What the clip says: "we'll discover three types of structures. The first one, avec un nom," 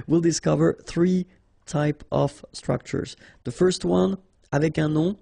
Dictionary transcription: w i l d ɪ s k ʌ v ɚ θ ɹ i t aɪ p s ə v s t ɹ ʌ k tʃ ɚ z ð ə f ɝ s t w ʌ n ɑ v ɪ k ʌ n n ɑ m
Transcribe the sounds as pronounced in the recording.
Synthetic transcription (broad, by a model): w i l d ɪ s k ʌ v ɚ θ ɹ i t aɪ p ə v s t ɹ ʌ k tʃ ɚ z ð ə f ɝ s t w ʌ n ɑ v ɪ k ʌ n n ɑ